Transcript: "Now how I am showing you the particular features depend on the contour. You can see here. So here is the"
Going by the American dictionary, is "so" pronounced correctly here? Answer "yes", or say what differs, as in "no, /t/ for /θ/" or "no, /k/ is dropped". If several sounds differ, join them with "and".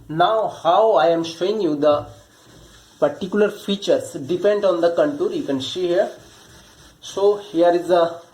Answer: yes